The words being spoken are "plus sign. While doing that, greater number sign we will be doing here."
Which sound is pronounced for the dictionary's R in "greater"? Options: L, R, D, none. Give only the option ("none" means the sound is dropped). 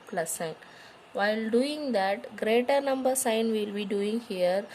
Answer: R